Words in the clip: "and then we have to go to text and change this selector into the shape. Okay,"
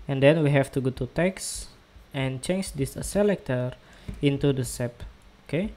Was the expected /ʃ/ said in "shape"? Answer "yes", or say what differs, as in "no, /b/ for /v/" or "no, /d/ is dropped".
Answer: no, /s/ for /ʃ/